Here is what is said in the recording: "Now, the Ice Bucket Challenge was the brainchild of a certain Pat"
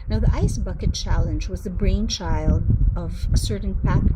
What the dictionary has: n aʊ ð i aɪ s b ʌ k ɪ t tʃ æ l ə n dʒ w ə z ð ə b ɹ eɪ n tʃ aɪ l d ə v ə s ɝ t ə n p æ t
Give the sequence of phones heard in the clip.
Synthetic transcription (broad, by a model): n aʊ ð i aɪ s b ʌ k ɪ t tʃ æ l ə n dʒ w ə z ð ə b ɹ eɪ n tʃ aɪ l d ə v ə s ɝ t n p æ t